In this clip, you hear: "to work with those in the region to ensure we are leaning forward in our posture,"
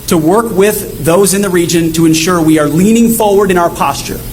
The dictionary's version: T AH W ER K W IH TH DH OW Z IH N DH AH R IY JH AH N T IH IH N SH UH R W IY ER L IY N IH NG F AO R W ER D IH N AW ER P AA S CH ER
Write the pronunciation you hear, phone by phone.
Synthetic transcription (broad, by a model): T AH W ER K W IH DH OW Z IH N DH AH R IY JH AH N T IH IH N SH UH R W IY ER L IY N IH NG F AO R W ER D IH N AW ER P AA S CH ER